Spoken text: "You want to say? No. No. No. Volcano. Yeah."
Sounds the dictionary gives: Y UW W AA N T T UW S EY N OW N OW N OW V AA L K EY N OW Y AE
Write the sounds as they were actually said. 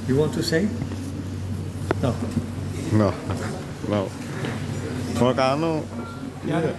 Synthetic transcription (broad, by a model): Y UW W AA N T T UW S EY N OW N OW N OW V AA K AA N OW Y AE